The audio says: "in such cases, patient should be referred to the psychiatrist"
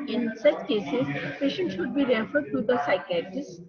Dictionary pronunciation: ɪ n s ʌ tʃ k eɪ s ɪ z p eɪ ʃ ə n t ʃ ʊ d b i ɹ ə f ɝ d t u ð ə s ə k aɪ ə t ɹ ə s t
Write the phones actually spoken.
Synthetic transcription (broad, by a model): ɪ n s ʌ tʃ k eɪ s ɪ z p eɪ ʃ ə n t ʃ ʊ d b i ɹ ə f ɝ d t u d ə s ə k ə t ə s